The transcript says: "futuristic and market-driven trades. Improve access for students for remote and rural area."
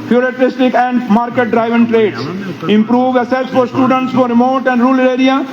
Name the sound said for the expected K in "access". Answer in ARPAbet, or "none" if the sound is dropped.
none